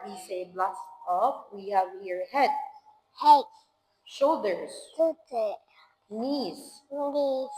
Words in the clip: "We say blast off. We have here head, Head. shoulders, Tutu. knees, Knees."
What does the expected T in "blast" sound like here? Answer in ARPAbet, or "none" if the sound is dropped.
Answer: none